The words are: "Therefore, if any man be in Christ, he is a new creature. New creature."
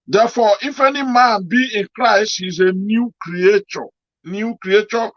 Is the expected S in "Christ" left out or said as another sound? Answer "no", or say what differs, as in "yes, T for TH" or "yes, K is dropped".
no